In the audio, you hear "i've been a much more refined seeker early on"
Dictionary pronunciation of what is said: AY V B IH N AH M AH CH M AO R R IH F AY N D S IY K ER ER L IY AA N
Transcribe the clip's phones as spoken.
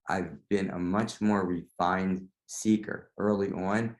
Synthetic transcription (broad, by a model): AY V B IH N AH M AH CH M AO R R IH F AY N D S IY K ER ER L IY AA N